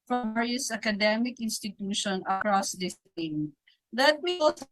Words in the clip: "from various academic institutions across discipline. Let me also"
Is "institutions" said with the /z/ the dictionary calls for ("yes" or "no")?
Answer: no